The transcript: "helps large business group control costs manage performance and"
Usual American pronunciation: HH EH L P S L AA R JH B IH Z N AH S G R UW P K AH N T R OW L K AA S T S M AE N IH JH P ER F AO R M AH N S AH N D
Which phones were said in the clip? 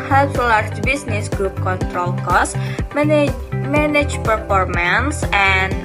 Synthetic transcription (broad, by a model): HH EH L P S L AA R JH B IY S N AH S G R UW P K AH N T R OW L K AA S S M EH N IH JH P ER F AO R M AH N S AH N